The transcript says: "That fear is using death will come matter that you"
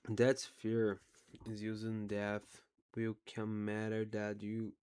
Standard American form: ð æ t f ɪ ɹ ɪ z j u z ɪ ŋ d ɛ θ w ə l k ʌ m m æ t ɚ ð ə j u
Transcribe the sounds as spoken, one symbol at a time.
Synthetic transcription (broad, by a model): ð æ t f ɪ ɹ ɪ z j u z ɪ ŋ d ɛ θ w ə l k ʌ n m æ t ɚ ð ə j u